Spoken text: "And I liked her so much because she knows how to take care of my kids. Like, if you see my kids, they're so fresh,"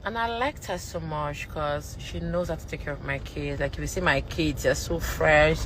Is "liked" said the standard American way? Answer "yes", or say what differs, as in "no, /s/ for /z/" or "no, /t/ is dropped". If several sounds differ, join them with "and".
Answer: yes